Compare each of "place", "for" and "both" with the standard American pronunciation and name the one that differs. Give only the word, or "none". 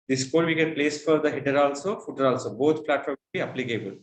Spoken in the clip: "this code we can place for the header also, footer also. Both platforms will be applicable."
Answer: both